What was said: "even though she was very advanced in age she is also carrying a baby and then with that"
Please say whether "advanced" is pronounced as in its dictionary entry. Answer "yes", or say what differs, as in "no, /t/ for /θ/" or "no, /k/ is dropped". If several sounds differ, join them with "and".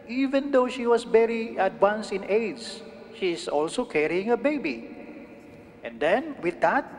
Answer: no, /w/ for /v/ and /t/ is dropped